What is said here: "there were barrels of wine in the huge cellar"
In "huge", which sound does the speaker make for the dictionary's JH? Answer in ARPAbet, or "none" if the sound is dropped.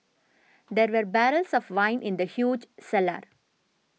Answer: JH